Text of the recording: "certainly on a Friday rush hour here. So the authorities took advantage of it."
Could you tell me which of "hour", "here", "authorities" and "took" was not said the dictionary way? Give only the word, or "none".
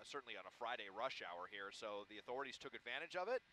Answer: none